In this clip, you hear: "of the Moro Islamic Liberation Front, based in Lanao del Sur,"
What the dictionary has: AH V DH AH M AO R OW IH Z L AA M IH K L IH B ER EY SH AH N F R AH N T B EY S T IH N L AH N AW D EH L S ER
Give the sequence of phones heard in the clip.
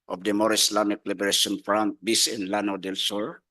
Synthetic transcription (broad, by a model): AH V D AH M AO R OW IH S L AA M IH K L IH B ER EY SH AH N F R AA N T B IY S IH N L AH N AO D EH L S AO